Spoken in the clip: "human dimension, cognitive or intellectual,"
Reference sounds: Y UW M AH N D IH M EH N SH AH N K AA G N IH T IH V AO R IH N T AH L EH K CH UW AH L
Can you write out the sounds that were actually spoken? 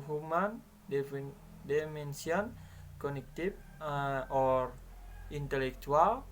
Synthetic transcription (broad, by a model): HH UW M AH N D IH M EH N S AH N K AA N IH T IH F AO R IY N T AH L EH K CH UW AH L